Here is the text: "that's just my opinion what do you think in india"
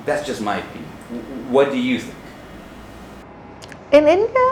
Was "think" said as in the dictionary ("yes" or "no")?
yes